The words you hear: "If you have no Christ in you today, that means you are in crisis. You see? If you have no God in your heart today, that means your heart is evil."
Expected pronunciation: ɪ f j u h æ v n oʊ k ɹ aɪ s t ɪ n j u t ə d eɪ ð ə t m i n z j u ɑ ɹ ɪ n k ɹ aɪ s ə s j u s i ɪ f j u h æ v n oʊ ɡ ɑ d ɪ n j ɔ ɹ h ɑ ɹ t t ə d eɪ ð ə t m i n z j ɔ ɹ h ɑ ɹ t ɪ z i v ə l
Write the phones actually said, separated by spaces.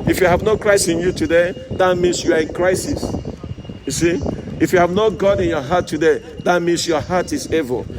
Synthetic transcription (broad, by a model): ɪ f j u h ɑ v n oʊ k ɹ aɪ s ɪ n j u t ə d eɪ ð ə t m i n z j u ɑ ɹ ɪ n k ɹ aɪ s ə s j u s i ɪ f j u h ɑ v n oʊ ɡ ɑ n ɪ n j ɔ h ɑ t t ə d eɪ ð ə t m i n s j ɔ h ɑ t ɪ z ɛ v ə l